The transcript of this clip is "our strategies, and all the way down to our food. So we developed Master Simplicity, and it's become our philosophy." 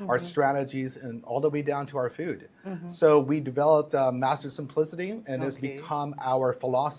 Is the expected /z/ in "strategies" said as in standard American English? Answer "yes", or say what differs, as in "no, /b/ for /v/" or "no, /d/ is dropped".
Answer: yes